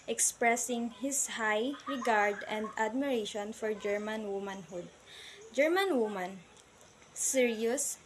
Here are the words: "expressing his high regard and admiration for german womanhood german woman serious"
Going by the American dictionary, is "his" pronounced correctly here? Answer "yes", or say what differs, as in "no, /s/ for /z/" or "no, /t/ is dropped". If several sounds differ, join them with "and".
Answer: no, /s/ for /z/